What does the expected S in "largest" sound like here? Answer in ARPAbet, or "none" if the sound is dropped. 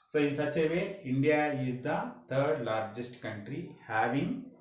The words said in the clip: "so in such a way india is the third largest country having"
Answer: S